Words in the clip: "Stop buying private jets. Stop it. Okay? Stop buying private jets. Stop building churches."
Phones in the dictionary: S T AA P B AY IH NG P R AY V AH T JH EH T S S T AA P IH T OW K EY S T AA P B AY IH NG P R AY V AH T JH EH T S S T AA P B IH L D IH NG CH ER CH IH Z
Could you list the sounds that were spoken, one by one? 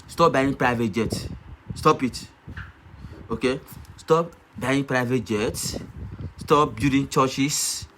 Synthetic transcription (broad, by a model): S T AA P B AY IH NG P R AY V AH T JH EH T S S T AA P IH T OW K EY S T AA P B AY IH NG P R AY V AH T JH EH T S S T AA P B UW D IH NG CH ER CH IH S